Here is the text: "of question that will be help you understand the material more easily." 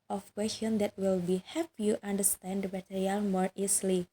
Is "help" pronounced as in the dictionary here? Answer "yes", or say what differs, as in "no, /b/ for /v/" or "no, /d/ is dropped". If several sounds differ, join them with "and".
no, /l/ is dropped